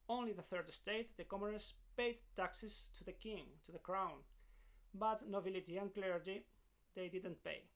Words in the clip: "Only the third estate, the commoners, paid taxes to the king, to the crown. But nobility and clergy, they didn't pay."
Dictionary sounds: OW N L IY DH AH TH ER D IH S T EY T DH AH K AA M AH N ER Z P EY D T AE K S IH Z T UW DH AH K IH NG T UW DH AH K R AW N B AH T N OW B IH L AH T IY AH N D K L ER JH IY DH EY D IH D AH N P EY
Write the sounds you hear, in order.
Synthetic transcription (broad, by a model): OW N L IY DH AH TH ER D IH S T EY T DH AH K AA M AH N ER S P EY D T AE K S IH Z T UW DH AH K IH NG T UW DH AH K R AW N B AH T N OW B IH L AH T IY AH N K L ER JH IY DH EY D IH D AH N P EY